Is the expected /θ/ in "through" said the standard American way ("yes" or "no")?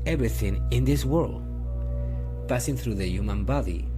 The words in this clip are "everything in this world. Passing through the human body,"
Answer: yes